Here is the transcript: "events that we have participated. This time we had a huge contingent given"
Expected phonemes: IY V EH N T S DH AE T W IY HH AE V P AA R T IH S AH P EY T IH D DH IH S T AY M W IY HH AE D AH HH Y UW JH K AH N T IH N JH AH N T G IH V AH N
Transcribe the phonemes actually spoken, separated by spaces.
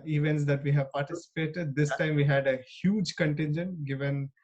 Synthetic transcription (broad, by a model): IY V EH N T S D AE T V IY HH AE V P AA R T IH S AH P EY T IH D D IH S T AY M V IY HH AE D AH HH Y UW JH K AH N T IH N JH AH N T G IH V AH N